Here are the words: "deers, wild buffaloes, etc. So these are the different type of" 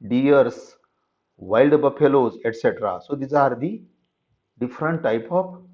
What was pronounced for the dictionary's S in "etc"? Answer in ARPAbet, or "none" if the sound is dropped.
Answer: S